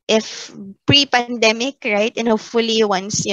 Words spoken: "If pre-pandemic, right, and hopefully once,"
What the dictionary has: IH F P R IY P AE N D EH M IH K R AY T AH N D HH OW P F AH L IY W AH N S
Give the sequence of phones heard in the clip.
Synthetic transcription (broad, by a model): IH F P R IY P AE N D EH M IH K R AY T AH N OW F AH L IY W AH N S